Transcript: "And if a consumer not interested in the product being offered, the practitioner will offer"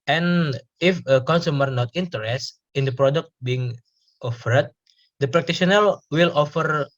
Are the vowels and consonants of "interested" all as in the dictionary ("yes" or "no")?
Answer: no